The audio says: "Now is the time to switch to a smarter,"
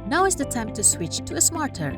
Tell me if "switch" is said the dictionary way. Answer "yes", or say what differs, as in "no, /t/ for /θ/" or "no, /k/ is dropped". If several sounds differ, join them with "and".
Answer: yes